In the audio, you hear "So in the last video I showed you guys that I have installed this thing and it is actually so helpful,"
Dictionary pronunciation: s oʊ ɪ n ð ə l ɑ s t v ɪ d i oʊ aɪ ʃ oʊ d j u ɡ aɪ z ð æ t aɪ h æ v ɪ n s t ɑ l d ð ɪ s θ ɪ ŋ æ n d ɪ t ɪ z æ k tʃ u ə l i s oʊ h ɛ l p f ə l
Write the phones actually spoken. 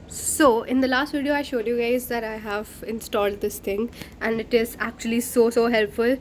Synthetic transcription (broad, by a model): s oʊ ɪ n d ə l ɑ s t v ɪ d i oʊ aɪ ʃ oʊ d j u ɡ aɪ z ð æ t aɪ h æ v ɪ n s t ɑ l d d ɪ s t ɪ ŋ æ n d ɪ t ɪ z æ k tʃ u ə l i s oʊ h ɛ l p f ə l